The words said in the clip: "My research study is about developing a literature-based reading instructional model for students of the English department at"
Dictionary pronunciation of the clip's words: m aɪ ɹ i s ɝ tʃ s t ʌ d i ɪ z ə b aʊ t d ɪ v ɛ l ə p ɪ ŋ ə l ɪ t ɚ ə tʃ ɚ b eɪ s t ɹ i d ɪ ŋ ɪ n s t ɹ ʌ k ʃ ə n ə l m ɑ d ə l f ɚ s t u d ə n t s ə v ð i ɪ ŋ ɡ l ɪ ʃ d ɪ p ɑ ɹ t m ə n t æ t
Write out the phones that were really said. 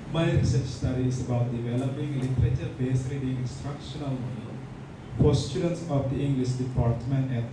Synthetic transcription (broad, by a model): m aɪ ɹ i s ɝ tʃ s t ʌ d i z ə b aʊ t d ɪ v ɛ l ə p ɪ ŋ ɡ l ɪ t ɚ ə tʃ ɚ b eɪ s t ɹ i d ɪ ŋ ɪ n s t ɹ ʌ k ʃ ə n ə l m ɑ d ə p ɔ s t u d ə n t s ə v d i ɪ ŋ ɡ l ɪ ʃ d ɪ p ɑ ɹ t m ə n t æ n